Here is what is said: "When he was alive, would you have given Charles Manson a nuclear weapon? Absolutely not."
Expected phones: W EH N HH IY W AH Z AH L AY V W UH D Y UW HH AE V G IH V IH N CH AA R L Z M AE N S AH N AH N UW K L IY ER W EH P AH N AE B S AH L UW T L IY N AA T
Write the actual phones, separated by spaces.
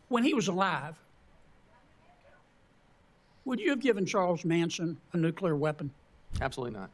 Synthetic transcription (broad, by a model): W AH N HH IY W AH Z AH L AY V W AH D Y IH V G IH V IH N CH AA R L Z M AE N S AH N AH N UW K L IY ER W EH P AH N AE B S AH L UW T L IY N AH T